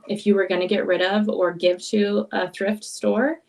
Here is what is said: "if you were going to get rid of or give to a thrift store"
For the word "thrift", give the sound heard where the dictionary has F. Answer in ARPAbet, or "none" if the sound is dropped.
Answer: F